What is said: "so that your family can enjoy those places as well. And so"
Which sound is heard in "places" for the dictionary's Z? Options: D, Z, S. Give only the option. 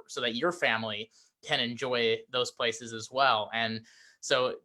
Z